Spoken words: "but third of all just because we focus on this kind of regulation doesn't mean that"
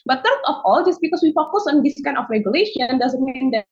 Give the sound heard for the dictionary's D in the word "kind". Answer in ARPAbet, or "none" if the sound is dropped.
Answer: none